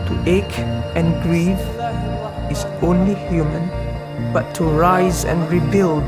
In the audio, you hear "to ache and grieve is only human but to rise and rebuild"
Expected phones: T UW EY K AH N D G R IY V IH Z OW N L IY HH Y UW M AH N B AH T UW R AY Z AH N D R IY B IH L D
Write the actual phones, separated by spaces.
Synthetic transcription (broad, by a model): T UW EY K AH N G R IY V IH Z OW N L IY HH Y UW M AH N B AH T UW R AY Z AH N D R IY B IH L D